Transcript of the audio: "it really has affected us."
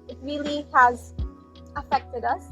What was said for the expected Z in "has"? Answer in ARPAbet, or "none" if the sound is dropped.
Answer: Z